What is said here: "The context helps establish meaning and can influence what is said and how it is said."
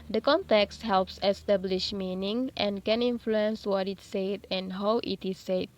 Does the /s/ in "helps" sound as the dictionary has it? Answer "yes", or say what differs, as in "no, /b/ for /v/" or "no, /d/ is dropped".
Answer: yes